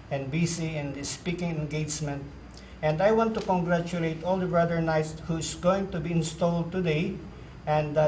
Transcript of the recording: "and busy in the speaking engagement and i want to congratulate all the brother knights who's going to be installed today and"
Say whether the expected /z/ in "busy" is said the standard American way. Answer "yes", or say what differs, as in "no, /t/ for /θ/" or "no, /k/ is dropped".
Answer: no, /s/ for /z/